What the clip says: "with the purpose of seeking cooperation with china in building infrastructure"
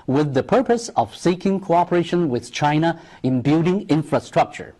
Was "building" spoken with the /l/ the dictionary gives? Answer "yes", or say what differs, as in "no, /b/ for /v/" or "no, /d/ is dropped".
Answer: no, /l/ is dropped